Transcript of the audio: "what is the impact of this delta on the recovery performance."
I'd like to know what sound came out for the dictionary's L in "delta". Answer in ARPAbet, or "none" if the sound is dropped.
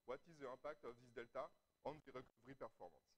L